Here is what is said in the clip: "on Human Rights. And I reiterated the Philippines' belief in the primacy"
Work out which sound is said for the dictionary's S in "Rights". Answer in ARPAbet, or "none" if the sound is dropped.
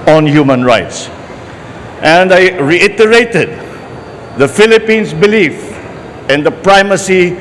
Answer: S